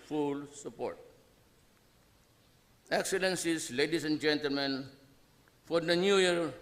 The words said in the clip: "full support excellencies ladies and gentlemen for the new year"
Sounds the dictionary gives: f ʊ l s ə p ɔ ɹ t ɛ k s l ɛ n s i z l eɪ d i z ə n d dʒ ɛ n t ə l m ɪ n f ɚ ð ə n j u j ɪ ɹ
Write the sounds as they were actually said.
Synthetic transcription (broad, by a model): f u l s ə p ɔ ɹ t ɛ k s l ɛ n s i s l eɪ d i s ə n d dʒ ɛ n t ə l m ɪ n f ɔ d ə n j u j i ɹ